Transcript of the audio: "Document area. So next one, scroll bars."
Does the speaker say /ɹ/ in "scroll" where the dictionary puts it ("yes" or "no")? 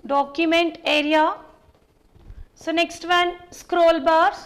yes